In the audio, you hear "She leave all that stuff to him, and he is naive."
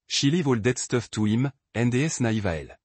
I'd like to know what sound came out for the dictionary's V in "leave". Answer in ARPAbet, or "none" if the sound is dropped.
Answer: V